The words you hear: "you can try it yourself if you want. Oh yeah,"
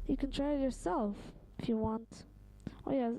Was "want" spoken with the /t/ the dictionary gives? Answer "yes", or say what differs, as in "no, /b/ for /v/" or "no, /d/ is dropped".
yes